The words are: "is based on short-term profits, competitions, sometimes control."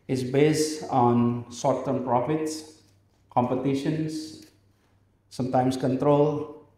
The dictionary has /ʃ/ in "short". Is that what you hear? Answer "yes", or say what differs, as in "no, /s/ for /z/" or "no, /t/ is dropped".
no, /s/ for /ʃ/